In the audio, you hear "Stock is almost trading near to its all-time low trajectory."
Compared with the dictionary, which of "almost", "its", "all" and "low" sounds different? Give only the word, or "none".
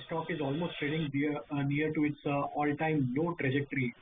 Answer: low